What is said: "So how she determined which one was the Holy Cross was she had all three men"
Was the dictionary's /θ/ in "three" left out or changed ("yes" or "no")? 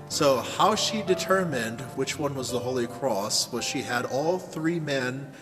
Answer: no